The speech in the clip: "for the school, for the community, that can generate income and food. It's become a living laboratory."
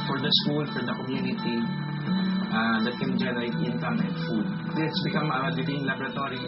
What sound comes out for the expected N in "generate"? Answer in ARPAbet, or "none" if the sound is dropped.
L